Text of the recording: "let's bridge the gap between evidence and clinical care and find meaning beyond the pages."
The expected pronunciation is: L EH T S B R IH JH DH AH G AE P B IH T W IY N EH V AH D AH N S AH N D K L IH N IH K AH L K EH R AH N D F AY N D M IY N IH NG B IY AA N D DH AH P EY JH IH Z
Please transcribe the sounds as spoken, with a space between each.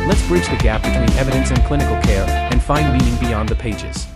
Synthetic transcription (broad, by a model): L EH T S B R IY CH DH AH G AE P B IH T W IY N EH V AH D AH N S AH N K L IH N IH K L K EH R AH N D F AY N D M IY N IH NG B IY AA N DH AH P EY JH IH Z